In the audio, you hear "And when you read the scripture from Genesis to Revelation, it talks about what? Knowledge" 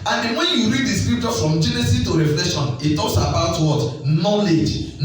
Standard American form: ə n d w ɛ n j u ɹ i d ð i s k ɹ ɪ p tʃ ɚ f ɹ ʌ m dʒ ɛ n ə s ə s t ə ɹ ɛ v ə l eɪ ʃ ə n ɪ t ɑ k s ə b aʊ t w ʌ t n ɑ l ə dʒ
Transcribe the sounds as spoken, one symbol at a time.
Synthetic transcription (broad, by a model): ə n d w ɛ n j u ɹ i d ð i s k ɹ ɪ p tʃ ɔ f ɹ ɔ m dʒ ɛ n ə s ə t ə ɹ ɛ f l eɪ ʃ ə n ɪ t ɑ k s ə b aʊ t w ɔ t n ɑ l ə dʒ